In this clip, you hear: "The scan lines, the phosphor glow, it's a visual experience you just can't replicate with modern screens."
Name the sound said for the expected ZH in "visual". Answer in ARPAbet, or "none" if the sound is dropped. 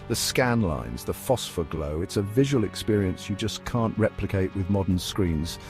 ZH